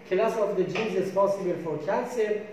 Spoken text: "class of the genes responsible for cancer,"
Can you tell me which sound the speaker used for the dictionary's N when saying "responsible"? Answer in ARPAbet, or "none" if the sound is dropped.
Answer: none